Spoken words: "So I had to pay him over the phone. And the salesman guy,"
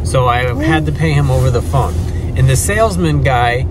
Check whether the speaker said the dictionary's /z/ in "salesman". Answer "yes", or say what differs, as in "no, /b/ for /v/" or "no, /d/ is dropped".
yes